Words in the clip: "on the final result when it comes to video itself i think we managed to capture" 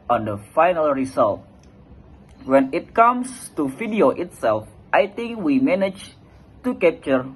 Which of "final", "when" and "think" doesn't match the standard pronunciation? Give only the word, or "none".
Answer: think